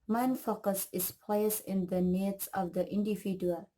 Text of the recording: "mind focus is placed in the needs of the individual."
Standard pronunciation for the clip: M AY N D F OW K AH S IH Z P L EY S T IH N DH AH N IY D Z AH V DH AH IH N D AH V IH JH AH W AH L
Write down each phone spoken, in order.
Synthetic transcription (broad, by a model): M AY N F OW K AH S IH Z P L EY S IH N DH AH N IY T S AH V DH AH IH N D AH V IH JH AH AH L